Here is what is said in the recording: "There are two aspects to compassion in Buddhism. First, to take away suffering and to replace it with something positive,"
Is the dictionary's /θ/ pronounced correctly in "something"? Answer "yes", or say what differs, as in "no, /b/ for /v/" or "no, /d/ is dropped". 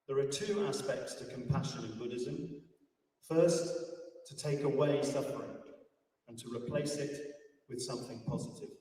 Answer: yes